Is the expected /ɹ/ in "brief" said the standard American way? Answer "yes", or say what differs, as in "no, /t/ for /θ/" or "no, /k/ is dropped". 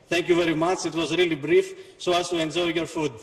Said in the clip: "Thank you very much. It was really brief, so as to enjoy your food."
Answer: yes